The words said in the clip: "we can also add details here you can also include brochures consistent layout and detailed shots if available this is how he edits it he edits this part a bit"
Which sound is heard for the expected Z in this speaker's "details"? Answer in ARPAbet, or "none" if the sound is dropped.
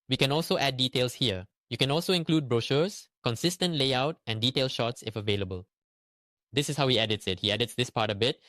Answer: S